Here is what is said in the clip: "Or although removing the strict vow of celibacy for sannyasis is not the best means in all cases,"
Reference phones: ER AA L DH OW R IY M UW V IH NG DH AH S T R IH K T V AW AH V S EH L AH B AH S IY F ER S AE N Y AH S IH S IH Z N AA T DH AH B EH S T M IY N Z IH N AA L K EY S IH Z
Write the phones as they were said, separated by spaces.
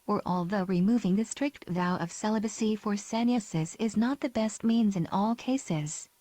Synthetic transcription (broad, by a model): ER AA L DH OW R IY M UW V IH NG DH AH S T R IH K T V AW AH V S EH L AH B AH S IY F ER S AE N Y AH S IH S IH Z N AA T DH AH B EH S T M IY N Z IH N AA L K EY S IH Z